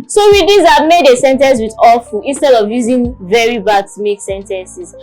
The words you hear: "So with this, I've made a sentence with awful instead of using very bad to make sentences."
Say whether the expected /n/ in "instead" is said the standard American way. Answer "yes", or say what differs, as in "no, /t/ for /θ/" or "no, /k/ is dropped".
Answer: yes